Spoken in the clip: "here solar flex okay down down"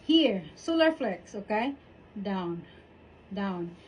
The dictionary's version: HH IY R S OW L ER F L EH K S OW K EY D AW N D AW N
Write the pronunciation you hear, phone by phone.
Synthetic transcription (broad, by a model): HH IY R S OW L ER F L EH K S OW K EY D AW N D AW N